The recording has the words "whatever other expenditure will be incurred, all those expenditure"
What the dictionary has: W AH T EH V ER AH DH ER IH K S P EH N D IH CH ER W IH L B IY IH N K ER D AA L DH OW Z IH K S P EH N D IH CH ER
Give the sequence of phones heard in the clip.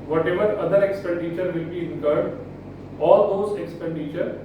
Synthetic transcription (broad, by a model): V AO T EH V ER AH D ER IH K S P EH N D IH CH ER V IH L B IY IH K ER D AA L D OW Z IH K S P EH N D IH CH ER